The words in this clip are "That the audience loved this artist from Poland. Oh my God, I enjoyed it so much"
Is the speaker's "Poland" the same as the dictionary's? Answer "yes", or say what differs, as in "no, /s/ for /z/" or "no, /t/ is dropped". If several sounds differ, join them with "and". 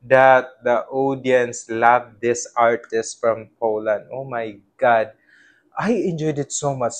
yes